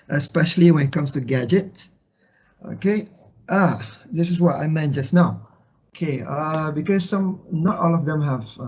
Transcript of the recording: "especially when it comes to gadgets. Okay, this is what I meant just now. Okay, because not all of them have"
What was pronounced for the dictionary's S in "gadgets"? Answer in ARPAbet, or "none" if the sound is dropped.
none